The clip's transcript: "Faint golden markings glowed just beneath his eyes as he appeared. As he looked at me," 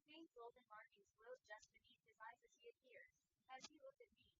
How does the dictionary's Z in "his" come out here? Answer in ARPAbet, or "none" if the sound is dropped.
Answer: Z